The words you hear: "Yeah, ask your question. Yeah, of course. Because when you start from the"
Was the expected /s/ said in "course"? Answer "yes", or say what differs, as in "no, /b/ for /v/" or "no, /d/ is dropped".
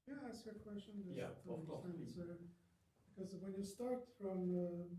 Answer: no, /s/ is dropped